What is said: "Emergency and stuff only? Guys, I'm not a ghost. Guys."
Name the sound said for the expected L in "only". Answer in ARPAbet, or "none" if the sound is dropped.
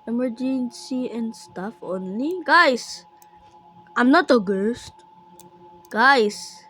L